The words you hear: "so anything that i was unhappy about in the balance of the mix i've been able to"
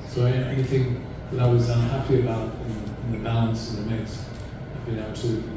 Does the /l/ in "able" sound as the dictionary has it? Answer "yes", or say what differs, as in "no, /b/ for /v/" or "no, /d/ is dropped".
no, /w/ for /l/